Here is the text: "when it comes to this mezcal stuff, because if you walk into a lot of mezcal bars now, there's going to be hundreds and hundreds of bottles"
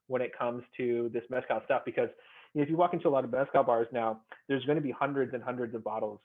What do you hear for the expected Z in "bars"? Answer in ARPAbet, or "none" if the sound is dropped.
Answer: Z